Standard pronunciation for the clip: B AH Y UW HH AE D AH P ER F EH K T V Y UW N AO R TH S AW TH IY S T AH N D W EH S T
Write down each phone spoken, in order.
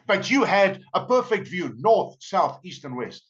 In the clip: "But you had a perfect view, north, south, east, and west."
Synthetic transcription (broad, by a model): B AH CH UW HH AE D AH P ER F EH K T V Y UW N AO R TH S AW TH IY S T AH N W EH S T